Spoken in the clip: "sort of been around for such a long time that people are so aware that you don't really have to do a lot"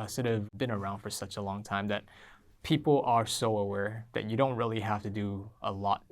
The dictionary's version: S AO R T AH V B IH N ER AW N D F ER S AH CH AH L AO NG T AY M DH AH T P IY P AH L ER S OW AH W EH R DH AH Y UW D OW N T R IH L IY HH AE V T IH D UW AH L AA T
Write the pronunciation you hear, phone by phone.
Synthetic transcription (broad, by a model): S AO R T AH V B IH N ER AW N D F ER S AH CH AH L AO NG T AY M DH AH T P IY P L ER S OW AH W EH R DH AH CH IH D OW N T R IH L IY HH AE F T IH D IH AH L AA T